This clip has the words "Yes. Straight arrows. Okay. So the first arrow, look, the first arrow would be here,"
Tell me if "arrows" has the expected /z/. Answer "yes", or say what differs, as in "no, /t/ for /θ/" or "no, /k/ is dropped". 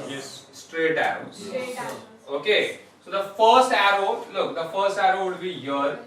no, /z/ is dropped